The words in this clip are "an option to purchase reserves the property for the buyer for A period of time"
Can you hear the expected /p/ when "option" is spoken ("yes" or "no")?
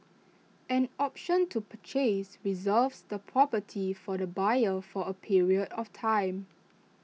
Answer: yes